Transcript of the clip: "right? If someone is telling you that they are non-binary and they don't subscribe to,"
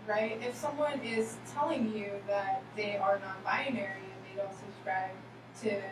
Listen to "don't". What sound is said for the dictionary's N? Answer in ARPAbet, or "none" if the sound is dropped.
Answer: L